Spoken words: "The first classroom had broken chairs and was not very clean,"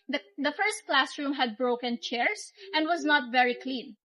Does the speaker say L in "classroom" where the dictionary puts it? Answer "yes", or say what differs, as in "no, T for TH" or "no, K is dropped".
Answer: yes